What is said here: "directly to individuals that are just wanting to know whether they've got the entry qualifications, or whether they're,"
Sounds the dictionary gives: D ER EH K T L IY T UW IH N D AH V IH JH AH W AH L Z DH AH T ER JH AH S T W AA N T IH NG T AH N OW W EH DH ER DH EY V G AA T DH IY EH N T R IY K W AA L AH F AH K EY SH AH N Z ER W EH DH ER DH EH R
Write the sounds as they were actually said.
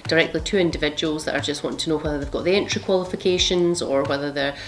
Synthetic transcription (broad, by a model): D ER EH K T L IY T UW IH N D AH V IH JH AH W AH L Z DH AH T ER JH AH S T W AA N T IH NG T AH N OW W EH DH ER DH EY V G AA T DH IY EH N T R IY K W AA L AH F AH K EY SH AH N Z ER W EH DH ER DH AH R